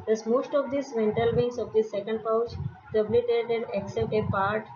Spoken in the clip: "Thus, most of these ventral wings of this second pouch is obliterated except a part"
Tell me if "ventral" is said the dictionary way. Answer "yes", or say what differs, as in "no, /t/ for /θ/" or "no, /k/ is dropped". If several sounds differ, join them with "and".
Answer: no, /ɹ/ is dropped